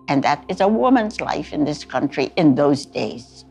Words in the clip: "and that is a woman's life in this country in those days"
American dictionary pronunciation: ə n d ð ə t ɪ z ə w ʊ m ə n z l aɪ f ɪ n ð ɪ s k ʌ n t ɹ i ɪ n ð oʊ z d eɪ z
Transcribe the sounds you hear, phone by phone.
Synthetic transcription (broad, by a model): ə n ð ə t ɪ z ə w ʊ m ə n z l aɪ f ɪ n ð ɪ s k ʌ n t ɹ i ɪ n ð oʊ z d eɪ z